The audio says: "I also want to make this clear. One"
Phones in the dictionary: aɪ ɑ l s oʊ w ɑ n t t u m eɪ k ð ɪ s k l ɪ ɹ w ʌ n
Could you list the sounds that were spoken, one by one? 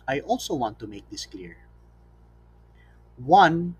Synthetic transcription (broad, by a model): aɪ ɑ l s oʊ w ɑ n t t u m eɪ k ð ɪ s k l ɪ ɹ w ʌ n